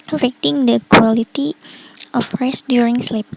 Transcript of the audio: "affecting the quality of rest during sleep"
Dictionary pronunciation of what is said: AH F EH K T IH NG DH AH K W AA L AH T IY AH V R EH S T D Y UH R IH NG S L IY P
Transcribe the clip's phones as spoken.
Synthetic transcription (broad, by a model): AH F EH K T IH NG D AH K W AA L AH T IY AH F R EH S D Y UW R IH NG S L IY P